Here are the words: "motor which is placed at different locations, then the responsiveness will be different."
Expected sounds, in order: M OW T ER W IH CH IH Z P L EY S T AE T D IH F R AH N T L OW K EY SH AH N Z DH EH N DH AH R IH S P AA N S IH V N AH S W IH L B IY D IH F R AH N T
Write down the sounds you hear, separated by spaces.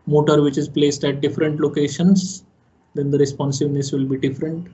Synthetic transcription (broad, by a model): M OW T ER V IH CH IH Z P L EY S T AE T D IH F R AH N T L OW K EY SH AH N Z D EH N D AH R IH S P AA N S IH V N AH S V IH L B IY D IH F R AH N T